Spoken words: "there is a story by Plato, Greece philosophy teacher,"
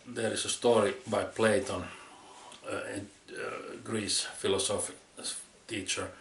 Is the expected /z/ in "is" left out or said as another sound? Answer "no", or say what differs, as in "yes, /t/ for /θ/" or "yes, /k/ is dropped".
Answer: yes, /s/ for /z/